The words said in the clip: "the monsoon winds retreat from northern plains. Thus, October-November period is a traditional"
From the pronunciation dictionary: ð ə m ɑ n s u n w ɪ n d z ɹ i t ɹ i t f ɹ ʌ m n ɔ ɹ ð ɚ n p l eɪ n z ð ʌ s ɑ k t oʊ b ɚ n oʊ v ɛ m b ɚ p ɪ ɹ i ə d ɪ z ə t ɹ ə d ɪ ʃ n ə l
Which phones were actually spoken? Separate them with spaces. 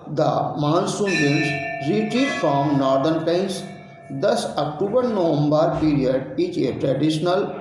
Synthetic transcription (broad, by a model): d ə m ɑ n s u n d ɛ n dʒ ɹ i t ɹ i t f ɹ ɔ m n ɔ ɹ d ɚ n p eɪ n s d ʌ s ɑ k t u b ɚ n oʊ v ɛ m b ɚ p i ɹ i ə d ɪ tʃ ə t ɹ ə d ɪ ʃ n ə l